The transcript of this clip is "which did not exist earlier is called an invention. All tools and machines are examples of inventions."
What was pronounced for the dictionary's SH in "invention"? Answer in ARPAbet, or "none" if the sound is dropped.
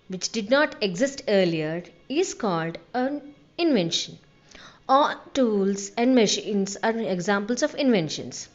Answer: SH